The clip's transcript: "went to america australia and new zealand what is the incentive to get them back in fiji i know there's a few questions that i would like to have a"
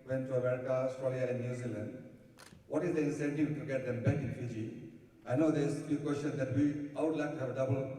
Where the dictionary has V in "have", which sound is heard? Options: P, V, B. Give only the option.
B